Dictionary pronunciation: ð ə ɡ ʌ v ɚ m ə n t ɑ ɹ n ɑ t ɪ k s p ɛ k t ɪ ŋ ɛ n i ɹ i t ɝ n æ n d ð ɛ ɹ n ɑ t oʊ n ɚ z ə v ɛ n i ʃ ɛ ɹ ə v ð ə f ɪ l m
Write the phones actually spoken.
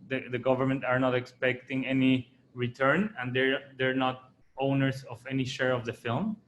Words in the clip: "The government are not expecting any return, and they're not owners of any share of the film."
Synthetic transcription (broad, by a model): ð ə ɡ ʌ v ɚ m ə n t ɑ ɹ n ɑ t ɪ k s p ɛ k t ɪ ŋ ɛ n i ɹ i t ɝ n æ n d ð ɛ ɹ n ɑ t oʊ n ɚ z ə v ɛ n i ʃ ɛ ɹ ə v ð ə f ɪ l m